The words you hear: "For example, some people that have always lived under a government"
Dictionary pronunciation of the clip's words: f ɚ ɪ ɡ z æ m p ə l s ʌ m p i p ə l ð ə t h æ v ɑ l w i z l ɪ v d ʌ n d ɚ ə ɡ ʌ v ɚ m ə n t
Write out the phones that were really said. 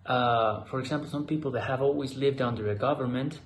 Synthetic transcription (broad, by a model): f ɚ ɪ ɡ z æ m p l s ʌ m p i p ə l ð ə t h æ v ɑ l w i z l ɪ v d ʌ n d ɚ ə ɡ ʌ v ɚ m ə n t